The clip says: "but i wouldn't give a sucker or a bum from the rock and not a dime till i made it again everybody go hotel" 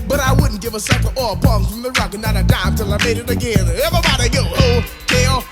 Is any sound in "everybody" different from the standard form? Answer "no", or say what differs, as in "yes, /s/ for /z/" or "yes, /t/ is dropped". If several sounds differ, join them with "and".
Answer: yes, /ɹ/ is dropped